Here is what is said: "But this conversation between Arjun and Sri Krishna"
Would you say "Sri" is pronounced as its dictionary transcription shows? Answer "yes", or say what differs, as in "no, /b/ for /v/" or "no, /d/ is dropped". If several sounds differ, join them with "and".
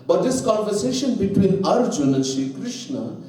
no, /ɹ/ is dropped